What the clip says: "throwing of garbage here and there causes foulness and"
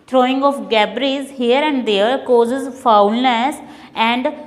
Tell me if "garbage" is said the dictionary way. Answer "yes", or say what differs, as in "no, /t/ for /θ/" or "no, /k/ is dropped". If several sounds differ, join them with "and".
no, /z/ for /dʒ/